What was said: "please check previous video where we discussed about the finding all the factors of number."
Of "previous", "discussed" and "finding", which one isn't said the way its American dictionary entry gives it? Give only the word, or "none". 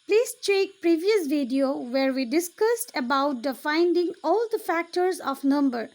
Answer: none